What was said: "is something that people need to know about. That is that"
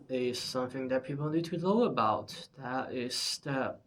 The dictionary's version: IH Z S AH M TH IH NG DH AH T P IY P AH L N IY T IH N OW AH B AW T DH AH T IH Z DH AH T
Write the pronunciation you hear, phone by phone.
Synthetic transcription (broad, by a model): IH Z S AH M TH IH NG DH AH T P IY P L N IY T IH L OW AH B AW T DH AH T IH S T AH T